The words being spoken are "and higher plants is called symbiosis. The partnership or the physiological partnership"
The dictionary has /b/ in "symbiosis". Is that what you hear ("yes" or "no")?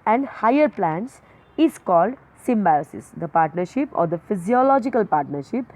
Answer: yes